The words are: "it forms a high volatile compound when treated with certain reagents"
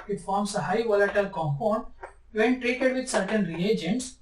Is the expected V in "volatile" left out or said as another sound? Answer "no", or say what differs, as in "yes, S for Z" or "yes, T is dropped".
no